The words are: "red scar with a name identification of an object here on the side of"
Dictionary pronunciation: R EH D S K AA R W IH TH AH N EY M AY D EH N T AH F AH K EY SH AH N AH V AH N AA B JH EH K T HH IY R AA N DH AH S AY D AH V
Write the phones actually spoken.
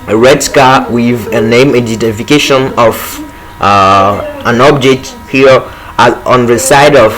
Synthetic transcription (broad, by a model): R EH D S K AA W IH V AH N EY M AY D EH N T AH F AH K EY SH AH N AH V AH N AA B JH EH K T HH IY R AA N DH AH S AY D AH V